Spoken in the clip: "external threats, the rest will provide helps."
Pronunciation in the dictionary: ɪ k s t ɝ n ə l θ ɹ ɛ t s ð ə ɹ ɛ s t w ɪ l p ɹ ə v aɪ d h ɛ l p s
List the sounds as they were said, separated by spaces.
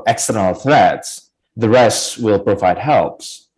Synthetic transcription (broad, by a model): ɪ k s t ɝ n l θ ɹ ɛ t s ð ə ɹ ɛ s t w ɪ l p ɹ ə v aɪ d h ɛ l p s